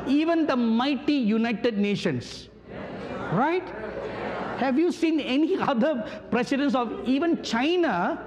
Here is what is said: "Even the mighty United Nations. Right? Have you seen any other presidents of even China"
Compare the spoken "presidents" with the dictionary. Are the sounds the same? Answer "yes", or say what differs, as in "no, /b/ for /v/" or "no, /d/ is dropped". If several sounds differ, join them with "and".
no, /s/ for /z/